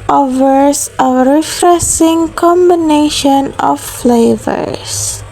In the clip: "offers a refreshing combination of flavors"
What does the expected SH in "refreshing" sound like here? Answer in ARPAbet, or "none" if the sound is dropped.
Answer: S